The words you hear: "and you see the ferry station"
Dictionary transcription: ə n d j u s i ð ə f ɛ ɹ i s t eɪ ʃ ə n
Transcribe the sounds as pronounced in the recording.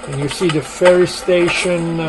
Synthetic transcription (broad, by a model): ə n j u s i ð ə f ɛ ɹ i s t eɪ ʃ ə n